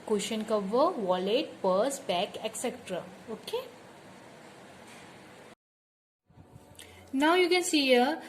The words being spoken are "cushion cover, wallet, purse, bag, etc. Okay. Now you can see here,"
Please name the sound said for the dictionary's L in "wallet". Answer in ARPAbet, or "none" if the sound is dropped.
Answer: L